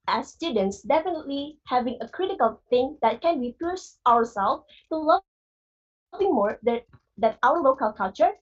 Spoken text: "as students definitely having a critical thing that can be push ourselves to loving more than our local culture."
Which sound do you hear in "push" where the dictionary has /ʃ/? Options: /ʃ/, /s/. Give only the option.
/s/